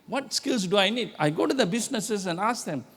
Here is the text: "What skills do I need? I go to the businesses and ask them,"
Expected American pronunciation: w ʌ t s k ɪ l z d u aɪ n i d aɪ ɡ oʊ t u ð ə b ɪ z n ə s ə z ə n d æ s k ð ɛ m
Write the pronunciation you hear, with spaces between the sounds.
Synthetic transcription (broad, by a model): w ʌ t s k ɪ l s d u aɪ n i d aɪ ɡ oʊ t u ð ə b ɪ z n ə s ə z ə n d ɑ s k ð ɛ m